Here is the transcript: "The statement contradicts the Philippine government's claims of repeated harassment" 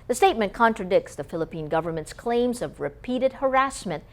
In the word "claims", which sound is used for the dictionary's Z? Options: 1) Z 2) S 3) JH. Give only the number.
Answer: 1